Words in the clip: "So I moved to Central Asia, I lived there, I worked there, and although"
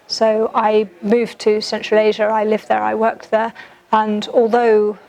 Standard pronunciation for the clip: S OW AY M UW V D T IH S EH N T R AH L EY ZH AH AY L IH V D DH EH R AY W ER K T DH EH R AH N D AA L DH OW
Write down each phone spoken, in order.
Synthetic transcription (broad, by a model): S OW AY M UW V T IH S EH N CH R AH L EY ZH AH AY L IH V DH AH R AY W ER K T DH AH R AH N AA L DH OW